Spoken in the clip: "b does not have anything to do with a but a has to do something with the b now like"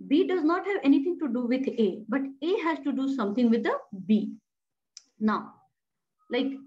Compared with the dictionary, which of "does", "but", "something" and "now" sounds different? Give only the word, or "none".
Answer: something